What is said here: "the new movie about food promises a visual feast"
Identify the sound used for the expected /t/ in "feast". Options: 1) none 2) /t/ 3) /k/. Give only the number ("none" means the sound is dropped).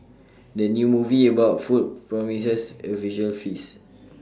1